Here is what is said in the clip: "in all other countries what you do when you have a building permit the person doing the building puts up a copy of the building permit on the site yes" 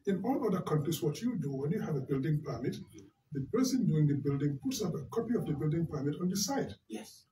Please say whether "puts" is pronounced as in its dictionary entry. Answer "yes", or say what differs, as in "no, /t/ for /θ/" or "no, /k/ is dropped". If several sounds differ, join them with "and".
yes